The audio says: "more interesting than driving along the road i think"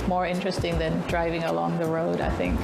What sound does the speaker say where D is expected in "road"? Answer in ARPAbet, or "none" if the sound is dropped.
D